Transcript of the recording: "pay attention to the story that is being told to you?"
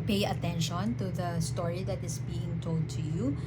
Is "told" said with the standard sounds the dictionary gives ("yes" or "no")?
yes